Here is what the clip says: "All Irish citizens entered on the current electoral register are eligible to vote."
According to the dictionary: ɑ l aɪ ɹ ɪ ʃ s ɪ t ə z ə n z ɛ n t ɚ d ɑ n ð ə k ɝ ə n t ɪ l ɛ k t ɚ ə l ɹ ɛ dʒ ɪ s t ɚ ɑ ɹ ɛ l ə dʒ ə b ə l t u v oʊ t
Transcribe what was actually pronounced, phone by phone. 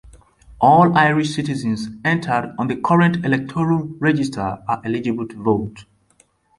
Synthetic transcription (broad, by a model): ɑ l aɪ ɹ ɪ ʃ s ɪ t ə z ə n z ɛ n t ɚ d ɑ n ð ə k ɝ ə n t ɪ l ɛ k t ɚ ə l ɹ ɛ dʒ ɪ s t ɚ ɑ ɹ ɛ l ə dʒ ə b ə l t u v oʊ t